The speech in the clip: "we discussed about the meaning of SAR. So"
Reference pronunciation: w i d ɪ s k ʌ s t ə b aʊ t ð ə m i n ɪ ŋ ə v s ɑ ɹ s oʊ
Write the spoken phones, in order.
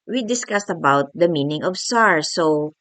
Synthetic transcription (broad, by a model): w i d ɪ s k ʌ s t ə b aʊ t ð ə m i n ɪ ŋ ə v s ɑ ɹ s oʊ